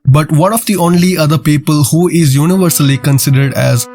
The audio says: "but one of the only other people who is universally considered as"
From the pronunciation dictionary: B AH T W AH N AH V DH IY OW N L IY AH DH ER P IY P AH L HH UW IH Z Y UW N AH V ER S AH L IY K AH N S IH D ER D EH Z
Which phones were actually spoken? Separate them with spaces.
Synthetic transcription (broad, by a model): B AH T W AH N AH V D IY OW N L IY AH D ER P IY P AH L HH UW IH Z Y UW N AH V ER S AH L IY K AH N S IH D ER D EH Z